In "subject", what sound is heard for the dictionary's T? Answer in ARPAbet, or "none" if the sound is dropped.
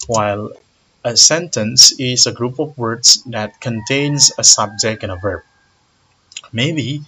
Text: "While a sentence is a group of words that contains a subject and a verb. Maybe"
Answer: none